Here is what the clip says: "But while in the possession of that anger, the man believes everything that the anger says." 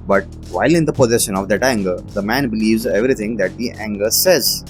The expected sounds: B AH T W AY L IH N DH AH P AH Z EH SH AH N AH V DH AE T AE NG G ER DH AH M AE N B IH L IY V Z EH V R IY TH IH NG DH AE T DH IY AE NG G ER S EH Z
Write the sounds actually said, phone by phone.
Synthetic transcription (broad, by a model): B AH T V AY L IH N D AH P AH Z EH SH AH N AH V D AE T AE NG G ER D AH M AE N B IH L IY V Z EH V R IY T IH NG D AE T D IY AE NG G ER S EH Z